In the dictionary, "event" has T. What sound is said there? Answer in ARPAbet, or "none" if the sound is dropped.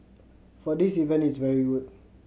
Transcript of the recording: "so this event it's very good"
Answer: none